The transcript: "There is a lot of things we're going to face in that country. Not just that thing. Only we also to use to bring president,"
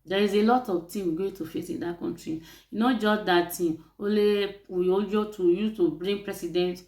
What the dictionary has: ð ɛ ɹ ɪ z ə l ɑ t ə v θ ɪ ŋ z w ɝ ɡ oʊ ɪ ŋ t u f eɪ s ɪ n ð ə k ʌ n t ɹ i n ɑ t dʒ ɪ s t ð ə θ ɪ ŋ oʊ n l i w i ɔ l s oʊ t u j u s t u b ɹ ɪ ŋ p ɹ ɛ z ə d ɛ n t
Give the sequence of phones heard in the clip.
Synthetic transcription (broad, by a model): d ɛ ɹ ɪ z ə l ɑ t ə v t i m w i ɡ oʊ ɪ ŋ t u f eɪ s ɪ n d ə k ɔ n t ɹ i n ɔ dʒ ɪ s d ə t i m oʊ l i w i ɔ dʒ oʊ t u j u t u b ɹ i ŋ p ɹ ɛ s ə d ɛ n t